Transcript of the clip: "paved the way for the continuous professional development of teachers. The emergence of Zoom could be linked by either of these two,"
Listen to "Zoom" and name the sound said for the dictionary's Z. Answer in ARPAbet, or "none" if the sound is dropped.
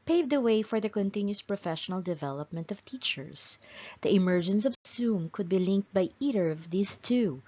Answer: S